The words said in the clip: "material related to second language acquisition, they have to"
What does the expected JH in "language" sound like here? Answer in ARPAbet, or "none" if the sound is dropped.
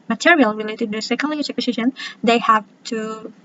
CH